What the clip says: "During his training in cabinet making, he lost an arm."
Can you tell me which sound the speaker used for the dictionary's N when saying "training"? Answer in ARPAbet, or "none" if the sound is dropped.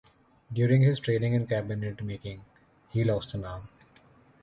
L